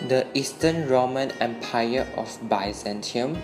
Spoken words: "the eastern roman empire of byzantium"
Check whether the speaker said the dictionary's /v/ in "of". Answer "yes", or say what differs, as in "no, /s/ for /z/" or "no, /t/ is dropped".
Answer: no, /f/ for /v/